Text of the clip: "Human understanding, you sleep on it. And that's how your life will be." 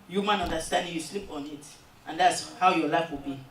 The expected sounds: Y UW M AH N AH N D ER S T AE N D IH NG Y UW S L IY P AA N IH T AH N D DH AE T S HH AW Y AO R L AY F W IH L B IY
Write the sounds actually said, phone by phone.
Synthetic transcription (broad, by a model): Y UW M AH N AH N D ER S T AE N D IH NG Y UW S L IY P AA N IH T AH N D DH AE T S HH AW Y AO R L AY F W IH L B IY